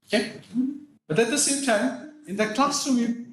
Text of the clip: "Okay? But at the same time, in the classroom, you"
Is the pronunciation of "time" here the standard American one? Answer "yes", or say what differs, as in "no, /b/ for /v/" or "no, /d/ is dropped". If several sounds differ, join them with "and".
yes